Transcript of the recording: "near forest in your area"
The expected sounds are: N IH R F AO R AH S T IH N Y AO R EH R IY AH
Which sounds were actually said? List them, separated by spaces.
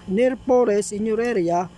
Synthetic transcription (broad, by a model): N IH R P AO R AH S IH N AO R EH R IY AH